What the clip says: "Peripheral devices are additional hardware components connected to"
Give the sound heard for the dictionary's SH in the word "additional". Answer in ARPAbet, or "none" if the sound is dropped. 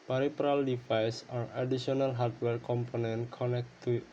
none